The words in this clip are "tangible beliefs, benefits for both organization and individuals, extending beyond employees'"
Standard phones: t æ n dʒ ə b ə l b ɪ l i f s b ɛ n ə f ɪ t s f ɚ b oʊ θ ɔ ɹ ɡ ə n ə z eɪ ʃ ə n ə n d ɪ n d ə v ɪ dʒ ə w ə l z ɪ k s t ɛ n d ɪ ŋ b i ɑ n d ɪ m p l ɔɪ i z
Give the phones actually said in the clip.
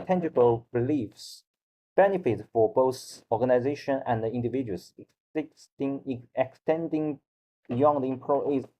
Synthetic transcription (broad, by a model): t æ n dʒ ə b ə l b ɪ l i f s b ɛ n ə f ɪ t f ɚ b oʊ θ ɔ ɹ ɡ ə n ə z eɪ ʃ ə n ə n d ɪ n d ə v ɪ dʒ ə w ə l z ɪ k s t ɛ n d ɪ ŋ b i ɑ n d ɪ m p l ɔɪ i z